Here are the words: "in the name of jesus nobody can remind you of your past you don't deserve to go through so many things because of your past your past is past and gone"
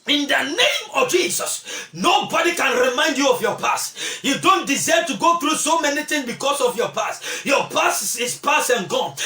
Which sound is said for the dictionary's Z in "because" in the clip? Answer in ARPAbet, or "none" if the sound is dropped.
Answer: S